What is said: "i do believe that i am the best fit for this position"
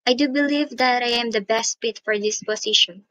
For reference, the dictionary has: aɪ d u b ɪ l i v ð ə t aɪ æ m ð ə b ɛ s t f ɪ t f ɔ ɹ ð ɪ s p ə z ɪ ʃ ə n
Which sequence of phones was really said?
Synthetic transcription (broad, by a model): aɪ d u b ɪ l i v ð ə t aɪ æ m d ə b ɛ s t p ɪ t f ɔ ɹ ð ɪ s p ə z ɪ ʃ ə n